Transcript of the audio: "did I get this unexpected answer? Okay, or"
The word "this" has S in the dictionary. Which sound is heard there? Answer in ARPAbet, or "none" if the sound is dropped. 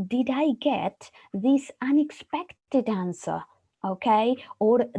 S